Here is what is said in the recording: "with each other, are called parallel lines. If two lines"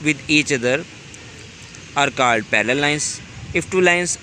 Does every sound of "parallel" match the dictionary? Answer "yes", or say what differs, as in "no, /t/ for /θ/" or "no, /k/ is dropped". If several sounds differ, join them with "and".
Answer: no, /l/ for /ɹ/